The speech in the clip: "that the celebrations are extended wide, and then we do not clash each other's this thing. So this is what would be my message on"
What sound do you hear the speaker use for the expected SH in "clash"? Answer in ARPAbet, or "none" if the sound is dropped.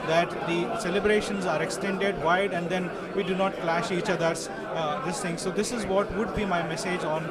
SH